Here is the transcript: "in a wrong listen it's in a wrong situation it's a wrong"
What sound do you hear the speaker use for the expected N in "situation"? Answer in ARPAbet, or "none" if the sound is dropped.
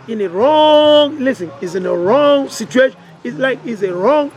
L